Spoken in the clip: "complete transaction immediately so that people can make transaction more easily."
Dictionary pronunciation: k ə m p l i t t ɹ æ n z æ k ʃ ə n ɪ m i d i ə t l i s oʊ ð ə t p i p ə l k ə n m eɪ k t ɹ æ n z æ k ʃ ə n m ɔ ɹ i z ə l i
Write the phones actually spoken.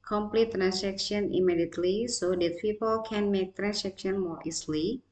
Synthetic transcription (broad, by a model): k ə m p l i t t ɹ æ n s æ k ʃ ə n ɪ m i d i ə t l i s oʊ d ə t p i p ə l k ə n m eɪ k t ɹ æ n s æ k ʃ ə n m ɔ ɹ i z l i